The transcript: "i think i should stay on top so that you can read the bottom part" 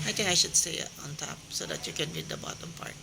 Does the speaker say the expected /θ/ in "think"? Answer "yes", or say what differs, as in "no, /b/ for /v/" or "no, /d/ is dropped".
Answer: no, /t/ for /θ/